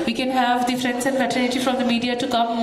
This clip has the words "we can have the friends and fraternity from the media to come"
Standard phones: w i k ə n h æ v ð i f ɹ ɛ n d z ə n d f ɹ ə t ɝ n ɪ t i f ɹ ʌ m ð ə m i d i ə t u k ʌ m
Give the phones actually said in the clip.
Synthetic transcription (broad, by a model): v i k ə n h æ v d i f ɹ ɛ n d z ə n d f ə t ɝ l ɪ t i f ɹ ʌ m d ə m i d i ə t u k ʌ m